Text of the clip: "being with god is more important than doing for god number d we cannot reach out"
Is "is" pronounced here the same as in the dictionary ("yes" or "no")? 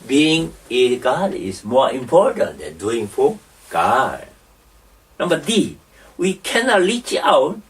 no